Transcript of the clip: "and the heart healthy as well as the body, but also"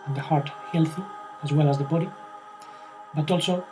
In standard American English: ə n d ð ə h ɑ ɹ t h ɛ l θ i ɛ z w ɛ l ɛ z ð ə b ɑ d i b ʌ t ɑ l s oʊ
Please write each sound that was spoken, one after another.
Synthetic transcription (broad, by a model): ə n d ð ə h ɑ ɹ t h ɛ l θ i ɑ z w ɛ l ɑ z ð ə b ɑ d i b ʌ t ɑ l s oʊ